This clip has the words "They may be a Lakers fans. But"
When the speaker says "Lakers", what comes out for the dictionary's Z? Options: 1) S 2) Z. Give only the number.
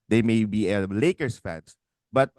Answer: 1